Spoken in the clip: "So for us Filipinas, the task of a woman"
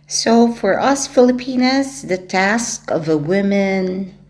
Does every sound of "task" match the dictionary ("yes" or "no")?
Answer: yes